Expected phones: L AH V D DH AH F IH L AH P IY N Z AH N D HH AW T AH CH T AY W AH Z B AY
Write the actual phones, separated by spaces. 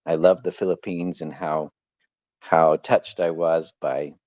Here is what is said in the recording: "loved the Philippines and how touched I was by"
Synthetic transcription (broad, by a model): L AH V DH AH F IH L AH P IY N Z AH N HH HH AW T AH CH T AY W AH Z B AY